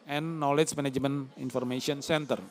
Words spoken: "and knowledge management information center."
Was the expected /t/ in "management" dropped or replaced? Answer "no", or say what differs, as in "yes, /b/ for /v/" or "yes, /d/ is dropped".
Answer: yes, /t/ is dropped